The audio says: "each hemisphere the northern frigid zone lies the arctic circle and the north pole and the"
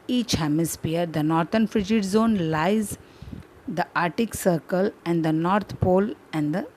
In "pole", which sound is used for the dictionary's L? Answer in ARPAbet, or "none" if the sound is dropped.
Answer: L